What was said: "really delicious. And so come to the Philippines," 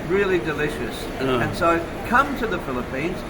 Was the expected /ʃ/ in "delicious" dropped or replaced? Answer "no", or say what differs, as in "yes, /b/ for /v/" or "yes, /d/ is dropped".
no